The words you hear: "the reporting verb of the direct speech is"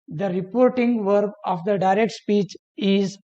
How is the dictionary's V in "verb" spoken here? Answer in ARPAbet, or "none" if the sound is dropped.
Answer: V